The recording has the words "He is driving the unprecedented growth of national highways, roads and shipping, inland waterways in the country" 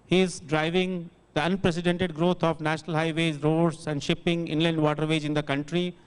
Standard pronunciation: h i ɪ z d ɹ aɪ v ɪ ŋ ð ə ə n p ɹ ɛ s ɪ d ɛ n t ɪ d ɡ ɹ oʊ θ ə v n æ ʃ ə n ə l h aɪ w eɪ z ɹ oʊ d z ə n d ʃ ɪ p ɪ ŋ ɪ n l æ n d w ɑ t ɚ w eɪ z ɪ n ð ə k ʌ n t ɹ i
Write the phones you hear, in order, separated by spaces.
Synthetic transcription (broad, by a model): h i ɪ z d ɹ aɪ v ɪ ŋ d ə ə n p ɹ ɛ s ɪ d ɛ n t ɪ d ɡ ɹ oʊ t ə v n æ ʃ ə n ə l h aɪ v eɪ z ɹ oʊ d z ə n d ʃ ɪ p ɪ ŋ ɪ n l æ n d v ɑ t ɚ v eɪ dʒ ɪ n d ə k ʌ n t ɹ i